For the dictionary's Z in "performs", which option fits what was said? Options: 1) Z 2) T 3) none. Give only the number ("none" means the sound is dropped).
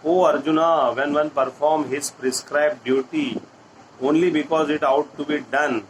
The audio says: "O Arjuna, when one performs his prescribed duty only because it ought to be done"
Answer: 3